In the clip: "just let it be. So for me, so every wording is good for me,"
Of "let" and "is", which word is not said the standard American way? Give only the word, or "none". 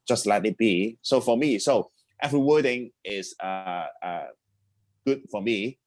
is